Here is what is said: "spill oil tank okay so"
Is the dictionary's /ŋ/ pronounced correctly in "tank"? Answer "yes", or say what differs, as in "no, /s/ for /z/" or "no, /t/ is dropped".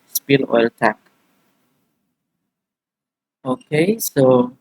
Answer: no, /ŋ/ is dropped